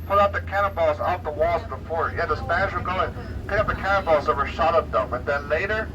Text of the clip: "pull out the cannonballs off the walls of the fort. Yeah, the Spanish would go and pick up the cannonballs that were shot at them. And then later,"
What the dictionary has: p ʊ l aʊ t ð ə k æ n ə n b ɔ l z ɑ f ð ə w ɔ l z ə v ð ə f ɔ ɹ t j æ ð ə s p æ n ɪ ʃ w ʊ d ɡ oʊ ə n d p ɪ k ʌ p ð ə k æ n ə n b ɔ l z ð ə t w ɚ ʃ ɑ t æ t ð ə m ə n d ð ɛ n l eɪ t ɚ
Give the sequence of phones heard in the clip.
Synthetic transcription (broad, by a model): p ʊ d aʊ t ð ə k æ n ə b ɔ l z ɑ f ð ə w ɔ l z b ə f ɔ ɹ j æ ð ə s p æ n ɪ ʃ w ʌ ɡ oʊ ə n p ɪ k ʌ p ð ə k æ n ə b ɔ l z ð ə t w ɚ ʃ ɑ t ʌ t ð ə m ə n ð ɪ n l eɪ t ɚ